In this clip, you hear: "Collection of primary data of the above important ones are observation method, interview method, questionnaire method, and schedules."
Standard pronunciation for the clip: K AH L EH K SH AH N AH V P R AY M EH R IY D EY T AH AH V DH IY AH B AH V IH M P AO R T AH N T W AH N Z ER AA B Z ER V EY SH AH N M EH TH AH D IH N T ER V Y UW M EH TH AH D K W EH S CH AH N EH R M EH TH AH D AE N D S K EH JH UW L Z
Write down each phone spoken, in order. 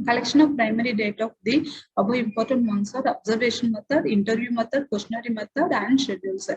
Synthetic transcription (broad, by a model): K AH L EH K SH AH N AH V P R AY M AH R IY D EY T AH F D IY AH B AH IH M P AO R T AH N T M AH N S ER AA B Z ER V EY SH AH N M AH T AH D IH N T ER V Y UW M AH T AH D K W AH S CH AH N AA R M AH T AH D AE N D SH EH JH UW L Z